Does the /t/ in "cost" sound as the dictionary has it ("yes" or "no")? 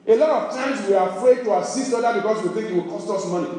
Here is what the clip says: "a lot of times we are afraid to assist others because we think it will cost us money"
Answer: yes